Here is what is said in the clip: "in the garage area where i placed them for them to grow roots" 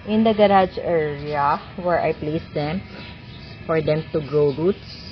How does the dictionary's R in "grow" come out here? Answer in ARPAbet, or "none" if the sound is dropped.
R